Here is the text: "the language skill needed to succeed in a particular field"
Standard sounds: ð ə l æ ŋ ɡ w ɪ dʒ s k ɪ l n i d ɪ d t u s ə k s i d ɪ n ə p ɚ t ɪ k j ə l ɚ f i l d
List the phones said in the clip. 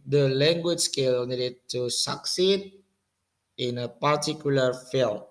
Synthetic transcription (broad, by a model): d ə l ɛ ŋ ɡ w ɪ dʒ s k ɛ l n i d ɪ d t u s ə k s i d ɪ n ə p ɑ t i k j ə l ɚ f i l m